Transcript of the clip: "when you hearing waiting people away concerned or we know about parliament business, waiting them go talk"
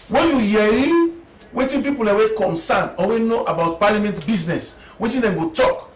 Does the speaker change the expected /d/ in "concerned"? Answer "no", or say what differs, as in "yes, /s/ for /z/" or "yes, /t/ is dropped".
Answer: yes, /d/ is dropped